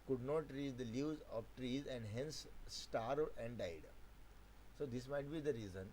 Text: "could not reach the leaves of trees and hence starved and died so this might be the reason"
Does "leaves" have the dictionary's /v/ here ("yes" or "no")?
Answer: no